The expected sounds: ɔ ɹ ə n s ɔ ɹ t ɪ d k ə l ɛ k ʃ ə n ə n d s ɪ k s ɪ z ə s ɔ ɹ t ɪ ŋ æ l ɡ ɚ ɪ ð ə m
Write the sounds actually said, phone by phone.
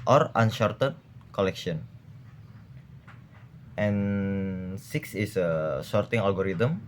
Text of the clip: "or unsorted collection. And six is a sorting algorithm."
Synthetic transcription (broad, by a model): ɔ ɹ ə n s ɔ ɹ t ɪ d k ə l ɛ k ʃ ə n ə n s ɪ k s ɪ s ə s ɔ ɹ t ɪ ŋ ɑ l ɡ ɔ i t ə m